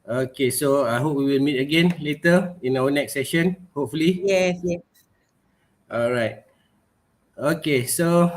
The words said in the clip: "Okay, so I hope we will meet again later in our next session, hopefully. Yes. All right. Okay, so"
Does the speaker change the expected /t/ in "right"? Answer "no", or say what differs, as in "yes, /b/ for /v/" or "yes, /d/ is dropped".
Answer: no